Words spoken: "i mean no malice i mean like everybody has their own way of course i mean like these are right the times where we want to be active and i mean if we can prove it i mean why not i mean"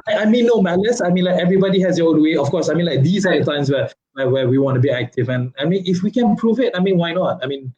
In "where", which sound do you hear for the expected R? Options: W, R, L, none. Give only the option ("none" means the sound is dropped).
W